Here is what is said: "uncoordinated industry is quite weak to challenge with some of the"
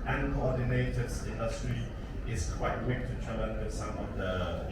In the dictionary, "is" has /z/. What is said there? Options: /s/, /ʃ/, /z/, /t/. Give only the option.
/s/